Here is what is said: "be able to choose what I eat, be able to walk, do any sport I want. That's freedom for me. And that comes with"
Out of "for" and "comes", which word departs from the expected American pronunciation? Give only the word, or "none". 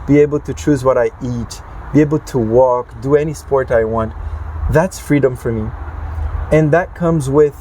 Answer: none